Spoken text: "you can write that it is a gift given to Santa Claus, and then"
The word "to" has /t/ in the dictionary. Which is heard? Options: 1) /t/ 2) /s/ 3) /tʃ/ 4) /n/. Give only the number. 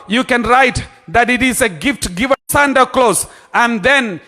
2